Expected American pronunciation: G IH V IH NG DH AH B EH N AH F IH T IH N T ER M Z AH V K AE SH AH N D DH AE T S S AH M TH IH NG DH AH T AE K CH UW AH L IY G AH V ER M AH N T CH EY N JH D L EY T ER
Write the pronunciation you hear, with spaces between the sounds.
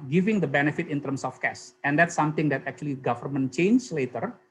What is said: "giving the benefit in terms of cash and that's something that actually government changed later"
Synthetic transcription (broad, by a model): G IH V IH NG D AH B EH N AH F IH T IH N T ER M S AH F K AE S AH N D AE T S S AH M T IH NG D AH T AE K CH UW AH L IY G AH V ER M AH N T CH EY N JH L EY T ER